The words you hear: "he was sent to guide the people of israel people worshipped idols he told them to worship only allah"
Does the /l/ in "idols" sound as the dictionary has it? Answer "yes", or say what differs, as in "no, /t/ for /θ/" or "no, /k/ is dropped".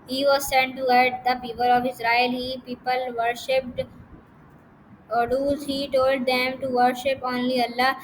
no, /l/ is dropped